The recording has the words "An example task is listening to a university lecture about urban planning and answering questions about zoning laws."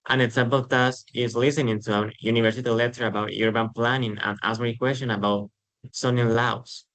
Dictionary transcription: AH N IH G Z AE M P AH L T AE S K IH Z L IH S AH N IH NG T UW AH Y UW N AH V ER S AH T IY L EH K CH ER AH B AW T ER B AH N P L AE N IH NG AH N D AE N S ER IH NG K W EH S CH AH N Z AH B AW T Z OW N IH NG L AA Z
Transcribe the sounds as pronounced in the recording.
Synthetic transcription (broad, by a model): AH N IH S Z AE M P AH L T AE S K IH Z L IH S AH N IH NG T UW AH Y UW N AH V ER S AH T IY L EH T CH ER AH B AW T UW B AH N P L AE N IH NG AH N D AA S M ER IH K W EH S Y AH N AH B AW T S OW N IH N L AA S